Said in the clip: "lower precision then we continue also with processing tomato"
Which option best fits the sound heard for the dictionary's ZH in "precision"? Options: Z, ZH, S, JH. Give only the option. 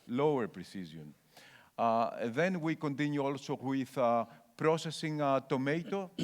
Z